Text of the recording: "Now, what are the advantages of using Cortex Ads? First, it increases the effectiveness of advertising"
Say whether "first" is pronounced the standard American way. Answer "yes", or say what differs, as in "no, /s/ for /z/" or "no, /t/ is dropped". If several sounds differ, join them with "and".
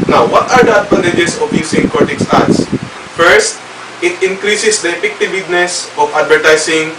yes